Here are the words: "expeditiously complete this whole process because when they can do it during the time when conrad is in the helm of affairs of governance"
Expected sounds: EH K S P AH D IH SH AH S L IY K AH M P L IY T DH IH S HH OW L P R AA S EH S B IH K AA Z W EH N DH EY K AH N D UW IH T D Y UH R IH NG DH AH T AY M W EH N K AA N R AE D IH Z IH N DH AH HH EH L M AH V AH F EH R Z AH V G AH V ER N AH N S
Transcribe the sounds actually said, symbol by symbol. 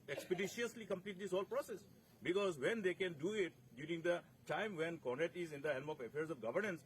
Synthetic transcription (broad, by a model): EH K S P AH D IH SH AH S L IY K AH M P L IY T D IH S HH OW L P R AA S EH S B IH K AA Z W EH N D EY K AH N D UW IH T D Y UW R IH NG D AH T AY M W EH N K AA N AE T IH Z IH N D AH HH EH L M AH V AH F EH R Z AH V G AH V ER N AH N S